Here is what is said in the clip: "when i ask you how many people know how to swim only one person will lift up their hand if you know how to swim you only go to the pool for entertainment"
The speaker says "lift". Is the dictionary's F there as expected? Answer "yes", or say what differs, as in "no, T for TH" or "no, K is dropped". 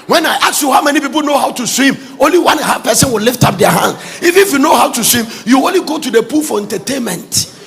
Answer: yes